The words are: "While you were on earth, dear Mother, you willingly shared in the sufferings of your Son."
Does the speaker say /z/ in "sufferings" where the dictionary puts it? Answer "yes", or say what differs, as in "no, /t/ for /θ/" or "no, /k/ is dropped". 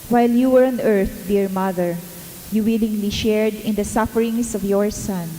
no, /s/ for /z/